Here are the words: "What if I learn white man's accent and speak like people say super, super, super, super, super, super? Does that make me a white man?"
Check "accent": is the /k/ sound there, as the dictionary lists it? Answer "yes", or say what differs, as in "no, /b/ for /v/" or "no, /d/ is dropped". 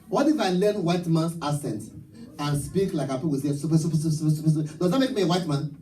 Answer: no, /k/ is dropped